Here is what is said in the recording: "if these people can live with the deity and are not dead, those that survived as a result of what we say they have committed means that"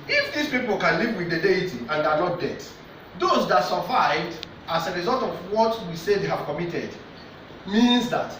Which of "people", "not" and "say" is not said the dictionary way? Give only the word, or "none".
not